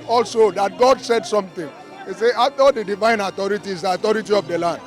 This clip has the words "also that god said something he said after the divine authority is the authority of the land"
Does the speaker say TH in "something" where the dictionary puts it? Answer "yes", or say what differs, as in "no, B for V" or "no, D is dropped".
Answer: no, T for TH